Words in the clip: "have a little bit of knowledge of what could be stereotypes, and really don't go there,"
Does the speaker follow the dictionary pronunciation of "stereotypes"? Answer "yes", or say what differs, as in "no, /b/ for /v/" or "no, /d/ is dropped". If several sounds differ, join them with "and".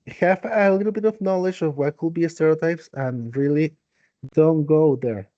yes